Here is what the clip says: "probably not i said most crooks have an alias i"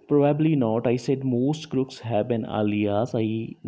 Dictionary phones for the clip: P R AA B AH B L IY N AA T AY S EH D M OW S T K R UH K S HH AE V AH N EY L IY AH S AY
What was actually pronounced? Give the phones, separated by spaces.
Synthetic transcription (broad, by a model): P R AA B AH B L IY N AA T AY S EH D M OW S T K R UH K S HH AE B AH N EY L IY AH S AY